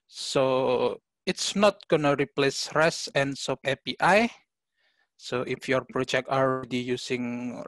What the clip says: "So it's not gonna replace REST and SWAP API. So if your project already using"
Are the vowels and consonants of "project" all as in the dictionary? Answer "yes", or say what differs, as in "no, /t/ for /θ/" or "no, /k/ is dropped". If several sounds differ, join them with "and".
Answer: yes